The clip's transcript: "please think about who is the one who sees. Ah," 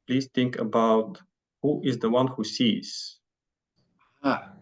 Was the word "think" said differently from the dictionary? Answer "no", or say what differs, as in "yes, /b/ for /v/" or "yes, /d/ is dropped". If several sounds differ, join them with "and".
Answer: no